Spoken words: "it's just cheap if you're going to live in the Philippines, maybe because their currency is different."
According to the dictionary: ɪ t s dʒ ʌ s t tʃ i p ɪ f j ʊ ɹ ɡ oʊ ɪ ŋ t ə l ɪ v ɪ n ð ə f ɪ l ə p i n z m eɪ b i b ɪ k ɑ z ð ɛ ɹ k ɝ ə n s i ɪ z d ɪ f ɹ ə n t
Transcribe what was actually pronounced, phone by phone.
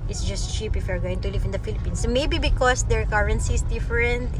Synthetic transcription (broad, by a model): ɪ t s dʒ ʌ s t tʃ i p ɪ f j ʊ ɹ ɡ oʊ ɪ ŋ t ə l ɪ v ɪ n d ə f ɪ l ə p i n s m eɪ b i b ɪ k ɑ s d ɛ ɹ k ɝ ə n s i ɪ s d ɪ f ɹ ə n t